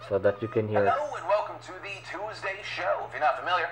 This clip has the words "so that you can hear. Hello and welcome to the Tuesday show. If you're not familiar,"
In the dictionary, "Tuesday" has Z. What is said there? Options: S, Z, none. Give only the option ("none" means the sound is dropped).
Z